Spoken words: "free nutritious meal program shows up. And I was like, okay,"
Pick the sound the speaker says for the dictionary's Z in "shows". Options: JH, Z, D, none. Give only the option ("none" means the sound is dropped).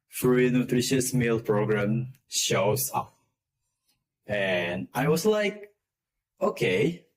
none